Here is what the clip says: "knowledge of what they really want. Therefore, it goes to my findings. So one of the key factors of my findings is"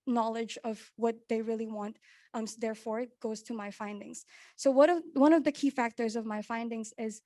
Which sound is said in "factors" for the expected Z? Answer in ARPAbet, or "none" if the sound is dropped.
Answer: Z